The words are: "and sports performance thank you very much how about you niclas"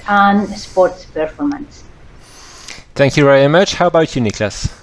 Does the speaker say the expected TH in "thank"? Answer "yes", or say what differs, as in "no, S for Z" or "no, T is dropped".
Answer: yes